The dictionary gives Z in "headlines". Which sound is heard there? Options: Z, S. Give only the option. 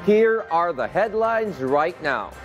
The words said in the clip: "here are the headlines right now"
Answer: Z